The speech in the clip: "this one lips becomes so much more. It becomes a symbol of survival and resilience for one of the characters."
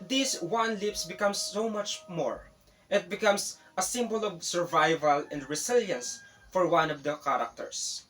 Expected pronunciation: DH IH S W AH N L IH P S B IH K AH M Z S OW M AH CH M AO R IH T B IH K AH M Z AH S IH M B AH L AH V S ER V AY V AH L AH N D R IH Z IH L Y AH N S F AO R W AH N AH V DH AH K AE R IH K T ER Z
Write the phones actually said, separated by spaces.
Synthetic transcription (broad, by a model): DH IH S W AH N L IH P S B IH K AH M S OW M AH CH M AO R IH T B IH K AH M S AH S IH M B AH L AH V S ER V AY V AH L AH N D R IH S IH L Y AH N S F AO R W AH N AH V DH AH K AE R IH K T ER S